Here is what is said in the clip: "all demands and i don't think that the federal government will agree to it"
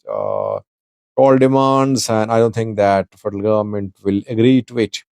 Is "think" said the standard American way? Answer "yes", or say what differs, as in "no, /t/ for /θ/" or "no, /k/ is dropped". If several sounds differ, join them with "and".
no, /t/ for /θ/